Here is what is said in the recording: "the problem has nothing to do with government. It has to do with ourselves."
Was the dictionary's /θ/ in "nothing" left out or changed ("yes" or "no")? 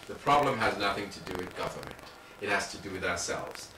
no